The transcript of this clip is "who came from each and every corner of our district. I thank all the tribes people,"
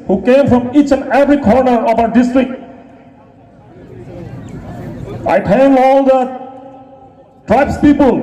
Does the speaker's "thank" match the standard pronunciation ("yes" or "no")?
no